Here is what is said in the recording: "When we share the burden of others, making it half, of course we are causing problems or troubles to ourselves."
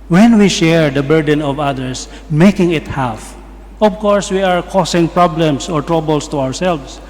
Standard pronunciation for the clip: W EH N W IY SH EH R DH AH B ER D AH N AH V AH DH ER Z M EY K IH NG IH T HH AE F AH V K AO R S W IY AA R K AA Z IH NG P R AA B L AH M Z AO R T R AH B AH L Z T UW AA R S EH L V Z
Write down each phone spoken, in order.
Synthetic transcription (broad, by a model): W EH N W IY SH EH R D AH B ER D AH N AH V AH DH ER S M EY K IH NG IH T HH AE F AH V K AO R S W IY AA R K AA S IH NG P R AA B L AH M S AO R T R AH B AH L S T UW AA R S EH L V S